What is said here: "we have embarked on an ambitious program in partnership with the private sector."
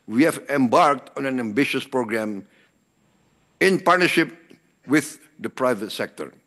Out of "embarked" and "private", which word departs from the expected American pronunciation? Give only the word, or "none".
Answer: none